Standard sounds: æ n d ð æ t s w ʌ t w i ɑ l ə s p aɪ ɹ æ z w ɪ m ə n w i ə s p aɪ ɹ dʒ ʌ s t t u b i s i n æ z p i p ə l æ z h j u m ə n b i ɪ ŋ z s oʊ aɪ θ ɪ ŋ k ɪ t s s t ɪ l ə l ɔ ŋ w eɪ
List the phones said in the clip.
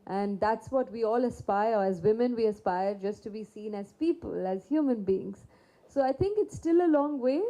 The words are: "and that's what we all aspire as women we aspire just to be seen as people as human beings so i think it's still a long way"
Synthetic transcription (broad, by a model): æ n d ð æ t s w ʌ t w i ɑ l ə s p aɪ ɹ æ z w ɪ m ə n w i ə s p aɪ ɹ dʒ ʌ s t t u b i s i n æ z p i p ə l æ z h j u m ə n b i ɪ ŋ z s oʊ aɪ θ ɪ ŋ k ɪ t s s t ɪ l ə l ɔ ŋ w eɪ